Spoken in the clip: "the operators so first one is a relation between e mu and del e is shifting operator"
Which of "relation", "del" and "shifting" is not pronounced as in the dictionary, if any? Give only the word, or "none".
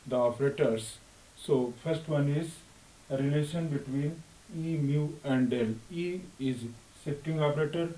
shifting